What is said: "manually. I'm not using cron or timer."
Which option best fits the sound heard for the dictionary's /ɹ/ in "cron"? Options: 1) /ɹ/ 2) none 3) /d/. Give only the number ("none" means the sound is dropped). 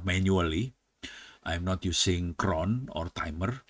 1